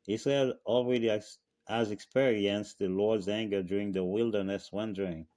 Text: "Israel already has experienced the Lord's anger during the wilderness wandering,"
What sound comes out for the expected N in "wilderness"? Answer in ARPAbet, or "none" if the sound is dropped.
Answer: N